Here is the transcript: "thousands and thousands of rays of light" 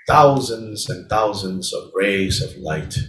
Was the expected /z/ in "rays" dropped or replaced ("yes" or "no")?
no